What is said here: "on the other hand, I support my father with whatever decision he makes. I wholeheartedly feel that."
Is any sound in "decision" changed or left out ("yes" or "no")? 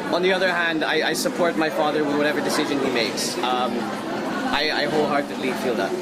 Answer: no